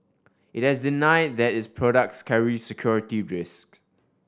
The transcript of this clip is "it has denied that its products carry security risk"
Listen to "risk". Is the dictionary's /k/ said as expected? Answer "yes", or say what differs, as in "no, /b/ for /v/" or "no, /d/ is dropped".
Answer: yes